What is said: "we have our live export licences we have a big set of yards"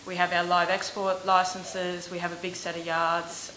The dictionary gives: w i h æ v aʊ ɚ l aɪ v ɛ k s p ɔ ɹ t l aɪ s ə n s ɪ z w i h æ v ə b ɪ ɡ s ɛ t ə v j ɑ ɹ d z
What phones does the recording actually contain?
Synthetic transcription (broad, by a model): w i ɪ v aʊ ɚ l aɪ v ɛ k s p ɔ ɹ t l aɪ s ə n s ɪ z w i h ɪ v ə b ɪ ɡ s ɛ t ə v j ɑ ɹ d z